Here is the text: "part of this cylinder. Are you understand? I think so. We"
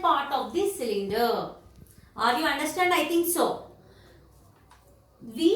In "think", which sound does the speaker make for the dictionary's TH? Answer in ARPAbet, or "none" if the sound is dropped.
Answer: T